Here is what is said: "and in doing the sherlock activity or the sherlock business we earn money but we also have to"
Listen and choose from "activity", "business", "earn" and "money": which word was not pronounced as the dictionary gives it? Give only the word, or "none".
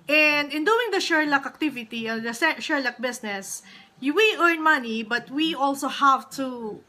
business